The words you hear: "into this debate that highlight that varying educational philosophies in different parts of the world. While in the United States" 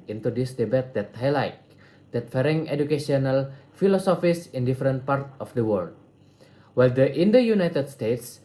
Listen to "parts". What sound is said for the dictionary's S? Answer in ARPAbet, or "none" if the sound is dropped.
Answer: none